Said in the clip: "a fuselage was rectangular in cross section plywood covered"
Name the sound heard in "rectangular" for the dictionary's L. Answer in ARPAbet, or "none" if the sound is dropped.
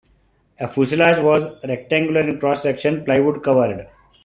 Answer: L